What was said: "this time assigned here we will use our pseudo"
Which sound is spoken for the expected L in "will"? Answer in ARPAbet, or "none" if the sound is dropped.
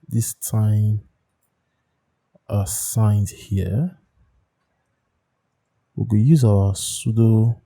N